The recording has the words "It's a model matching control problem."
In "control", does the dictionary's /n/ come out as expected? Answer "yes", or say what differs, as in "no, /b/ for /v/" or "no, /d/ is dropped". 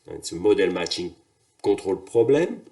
no, /n/ is dropped